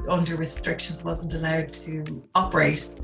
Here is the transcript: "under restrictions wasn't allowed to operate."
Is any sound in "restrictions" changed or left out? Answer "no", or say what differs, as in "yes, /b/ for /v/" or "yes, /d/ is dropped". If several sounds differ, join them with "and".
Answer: no